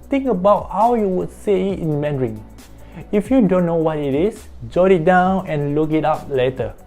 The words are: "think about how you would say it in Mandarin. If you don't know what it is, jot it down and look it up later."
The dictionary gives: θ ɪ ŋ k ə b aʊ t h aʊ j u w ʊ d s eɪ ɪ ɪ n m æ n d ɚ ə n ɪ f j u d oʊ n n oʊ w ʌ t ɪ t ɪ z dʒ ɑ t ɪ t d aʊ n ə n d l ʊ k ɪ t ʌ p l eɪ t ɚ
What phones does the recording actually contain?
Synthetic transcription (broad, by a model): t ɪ ŋ k ə b aʊ t h aʊ j u w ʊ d s eɪ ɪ ɪ n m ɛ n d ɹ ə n ɪ f j u d oʊ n n oʊ w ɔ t ɪ t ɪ s dʒ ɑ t ɪ t d aʊ n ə n l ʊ k ɪ t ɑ p l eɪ t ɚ